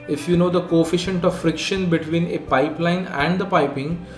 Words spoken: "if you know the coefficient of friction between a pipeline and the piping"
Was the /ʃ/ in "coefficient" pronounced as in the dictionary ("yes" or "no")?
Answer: yes